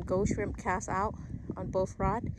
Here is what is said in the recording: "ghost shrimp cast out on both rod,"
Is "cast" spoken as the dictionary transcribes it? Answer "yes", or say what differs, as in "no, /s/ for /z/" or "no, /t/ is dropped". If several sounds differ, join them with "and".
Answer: no, /t/ is dropped